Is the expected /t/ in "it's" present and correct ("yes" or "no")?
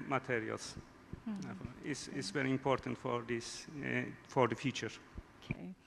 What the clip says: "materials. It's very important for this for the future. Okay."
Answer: no